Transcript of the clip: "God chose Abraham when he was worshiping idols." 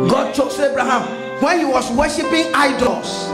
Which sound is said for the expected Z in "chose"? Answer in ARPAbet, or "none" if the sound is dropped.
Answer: S